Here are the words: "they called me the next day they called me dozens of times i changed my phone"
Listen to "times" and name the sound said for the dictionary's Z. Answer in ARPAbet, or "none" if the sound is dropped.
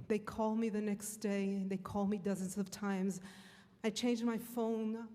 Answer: Z